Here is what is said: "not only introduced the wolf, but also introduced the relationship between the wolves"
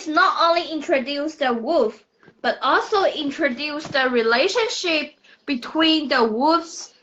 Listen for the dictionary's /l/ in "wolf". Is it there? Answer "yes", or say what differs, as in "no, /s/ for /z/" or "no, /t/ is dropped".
no, /l/ is dropped